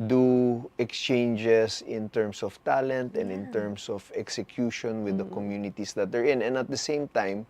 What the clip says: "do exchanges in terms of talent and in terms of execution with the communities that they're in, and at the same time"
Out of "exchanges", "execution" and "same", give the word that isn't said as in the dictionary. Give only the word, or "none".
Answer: exchanges